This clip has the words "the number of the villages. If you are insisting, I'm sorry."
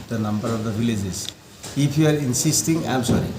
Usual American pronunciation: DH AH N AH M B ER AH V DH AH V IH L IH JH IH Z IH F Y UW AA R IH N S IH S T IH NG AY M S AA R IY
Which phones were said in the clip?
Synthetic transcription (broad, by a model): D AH N AH M B ER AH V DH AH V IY L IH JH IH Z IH P Y UW AA R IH N S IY S T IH NG AY M S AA R IY